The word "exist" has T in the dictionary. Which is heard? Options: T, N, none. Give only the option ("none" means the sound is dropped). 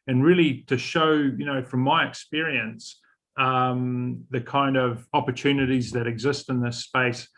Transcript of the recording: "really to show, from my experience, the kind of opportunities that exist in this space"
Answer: T